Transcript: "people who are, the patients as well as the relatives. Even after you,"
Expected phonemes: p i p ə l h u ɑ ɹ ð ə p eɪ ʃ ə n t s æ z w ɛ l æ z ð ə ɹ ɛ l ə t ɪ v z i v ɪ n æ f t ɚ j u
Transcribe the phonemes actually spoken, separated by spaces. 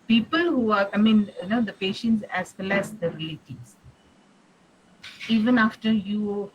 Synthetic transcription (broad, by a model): p i p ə l h u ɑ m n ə p eɪ ʃ ə n t s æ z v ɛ l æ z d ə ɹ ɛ l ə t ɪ z i v ɪ n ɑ f t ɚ j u